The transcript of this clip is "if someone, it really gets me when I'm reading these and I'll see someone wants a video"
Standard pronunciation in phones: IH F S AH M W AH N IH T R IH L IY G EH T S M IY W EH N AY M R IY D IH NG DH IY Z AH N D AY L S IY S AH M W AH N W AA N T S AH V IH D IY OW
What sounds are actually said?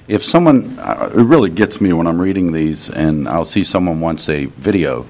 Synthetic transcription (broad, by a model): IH F S AH M W AH N IH T R IH L IY G EH T S M IY W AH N AY M R IY D IH NG DH IY Z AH N AY L S IY S AH M W AH N W AA N T S AH V IH D IY OW